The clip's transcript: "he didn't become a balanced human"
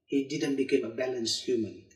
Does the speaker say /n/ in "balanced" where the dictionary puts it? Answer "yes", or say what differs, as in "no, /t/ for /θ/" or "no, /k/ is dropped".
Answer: yes